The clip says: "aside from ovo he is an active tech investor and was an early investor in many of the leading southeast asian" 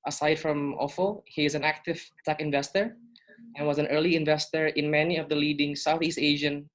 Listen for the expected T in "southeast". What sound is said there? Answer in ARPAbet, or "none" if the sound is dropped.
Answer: T